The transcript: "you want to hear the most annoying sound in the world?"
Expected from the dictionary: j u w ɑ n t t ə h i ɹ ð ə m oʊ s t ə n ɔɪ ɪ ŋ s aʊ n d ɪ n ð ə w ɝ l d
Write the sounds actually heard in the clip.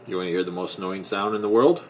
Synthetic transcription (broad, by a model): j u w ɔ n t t h i ɹ ð ə m oʊ s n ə ʊ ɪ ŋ s aʊ n d ɪ n ð ə w ɝ l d